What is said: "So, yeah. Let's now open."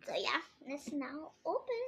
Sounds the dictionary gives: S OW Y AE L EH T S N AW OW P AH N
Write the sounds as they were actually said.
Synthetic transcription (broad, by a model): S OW Y AE N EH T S N AW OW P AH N